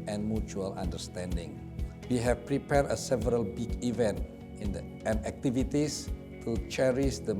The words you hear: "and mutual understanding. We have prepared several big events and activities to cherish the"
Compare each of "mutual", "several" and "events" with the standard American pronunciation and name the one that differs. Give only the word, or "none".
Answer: events